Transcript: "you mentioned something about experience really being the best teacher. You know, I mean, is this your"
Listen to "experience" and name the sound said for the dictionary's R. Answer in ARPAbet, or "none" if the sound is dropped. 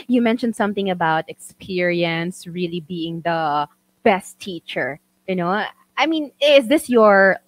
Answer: R